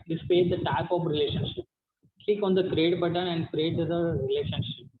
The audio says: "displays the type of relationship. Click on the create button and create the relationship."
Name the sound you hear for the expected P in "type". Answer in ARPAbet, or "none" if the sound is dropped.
P